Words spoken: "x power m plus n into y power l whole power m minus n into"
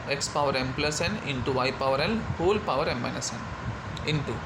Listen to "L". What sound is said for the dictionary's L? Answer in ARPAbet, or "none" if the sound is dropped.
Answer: N